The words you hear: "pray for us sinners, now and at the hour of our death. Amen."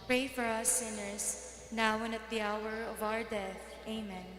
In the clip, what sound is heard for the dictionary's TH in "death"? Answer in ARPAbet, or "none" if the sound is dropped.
TH